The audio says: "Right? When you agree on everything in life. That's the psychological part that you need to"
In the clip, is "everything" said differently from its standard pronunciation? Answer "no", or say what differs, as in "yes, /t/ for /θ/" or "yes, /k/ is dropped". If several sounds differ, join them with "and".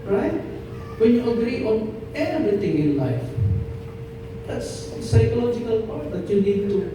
yes, /t/ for /θ/